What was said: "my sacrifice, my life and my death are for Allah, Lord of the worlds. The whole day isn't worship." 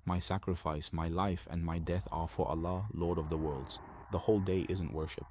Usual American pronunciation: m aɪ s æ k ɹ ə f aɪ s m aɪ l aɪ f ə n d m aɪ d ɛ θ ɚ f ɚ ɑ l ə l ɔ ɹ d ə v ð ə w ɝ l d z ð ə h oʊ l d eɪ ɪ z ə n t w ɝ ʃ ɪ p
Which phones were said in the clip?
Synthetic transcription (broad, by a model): m aɪ s æ k ɹ ə f aɪ s m aɪ l aɪ f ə n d m aɪ d ɛ θ ɚ f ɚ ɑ l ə l ɔ ɹ d ə v ð ə w ɝ l d z ð ə h oʊ l d eɪ ɪ z ə n t w ɝ ʃ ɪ p